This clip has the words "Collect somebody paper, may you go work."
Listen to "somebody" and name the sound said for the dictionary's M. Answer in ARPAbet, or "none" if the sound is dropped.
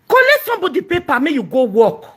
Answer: none